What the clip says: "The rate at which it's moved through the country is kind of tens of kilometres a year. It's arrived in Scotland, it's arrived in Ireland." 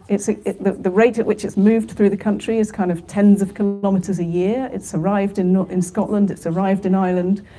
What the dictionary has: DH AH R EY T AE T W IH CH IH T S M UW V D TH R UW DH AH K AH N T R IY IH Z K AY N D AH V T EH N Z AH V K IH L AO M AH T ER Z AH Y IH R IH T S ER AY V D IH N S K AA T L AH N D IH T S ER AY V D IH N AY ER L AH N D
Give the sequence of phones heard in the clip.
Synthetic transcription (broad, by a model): DH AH R EY T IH T W IH CH IH T S M UW V D TH R UW DH AH K AH N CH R IY IH Z K AY N D AH V T EH N Z AH V K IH L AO M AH T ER Z AH Y IH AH IH T S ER AY V D IH N S K AA T L AH N D IH T S ER AY V D IH N AY L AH N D